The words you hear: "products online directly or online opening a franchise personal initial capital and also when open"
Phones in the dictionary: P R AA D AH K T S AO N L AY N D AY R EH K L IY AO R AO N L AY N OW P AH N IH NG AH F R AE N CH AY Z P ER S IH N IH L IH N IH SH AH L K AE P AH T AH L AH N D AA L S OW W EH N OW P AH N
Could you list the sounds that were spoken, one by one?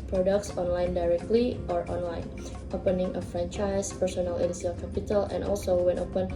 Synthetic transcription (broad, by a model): P R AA D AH K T S AO N L AY N D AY R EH K L IY AO R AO N L AY N OW P AH N IH NG AH F R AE N CH AY S P ER S IH N IH L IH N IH S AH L K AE P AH T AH L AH N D AA L S OW W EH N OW P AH N